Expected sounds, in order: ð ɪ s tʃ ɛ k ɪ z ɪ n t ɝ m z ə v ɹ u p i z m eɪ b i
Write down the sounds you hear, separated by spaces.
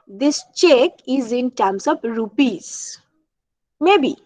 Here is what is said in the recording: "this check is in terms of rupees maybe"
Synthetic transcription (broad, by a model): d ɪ s tʃ ɛ k ɪ z ɪ n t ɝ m s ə p ɹ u p i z m eɪ b i